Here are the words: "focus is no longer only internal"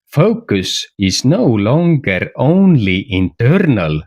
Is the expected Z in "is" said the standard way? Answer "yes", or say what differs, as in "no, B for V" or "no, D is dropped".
no, S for Z